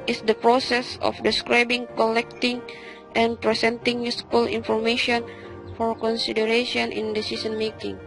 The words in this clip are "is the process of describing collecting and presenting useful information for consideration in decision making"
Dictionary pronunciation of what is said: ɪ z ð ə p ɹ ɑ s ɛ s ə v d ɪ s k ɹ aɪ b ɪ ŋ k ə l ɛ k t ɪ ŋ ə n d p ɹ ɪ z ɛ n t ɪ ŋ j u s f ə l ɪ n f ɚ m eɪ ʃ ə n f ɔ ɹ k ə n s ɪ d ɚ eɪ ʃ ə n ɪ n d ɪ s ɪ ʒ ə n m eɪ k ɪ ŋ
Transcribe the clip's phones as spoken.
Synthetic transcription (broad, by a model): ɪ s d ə p ɹ ɑ s ɛ s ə f d ɪ s k ɹ aɪ b ɪ ŋ k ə l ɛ k t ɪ ŋ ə n p ɹ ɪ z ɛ n t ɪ ŋ j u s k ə l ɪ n f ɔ m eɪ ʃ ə n f ɔ ɹ k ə n s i d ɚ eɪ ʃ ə n ɪ n d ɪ s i s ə n m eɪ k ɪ ŋ